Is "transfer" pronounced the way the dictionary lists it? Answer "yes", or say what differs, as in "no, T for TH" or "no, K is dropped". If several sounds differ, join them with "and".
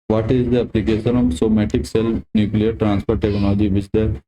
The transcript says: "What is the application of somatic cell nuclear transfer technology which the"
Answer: no, P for F